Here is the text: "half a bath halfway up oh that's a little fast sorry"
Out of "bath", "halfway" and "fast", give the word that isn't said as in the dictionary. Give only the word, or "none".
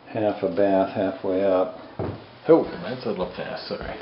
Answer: none